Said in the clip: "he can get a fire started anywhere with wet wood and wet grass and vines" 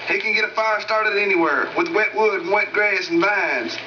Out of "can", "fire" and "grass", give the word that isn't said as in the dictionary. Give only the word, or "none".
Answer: grass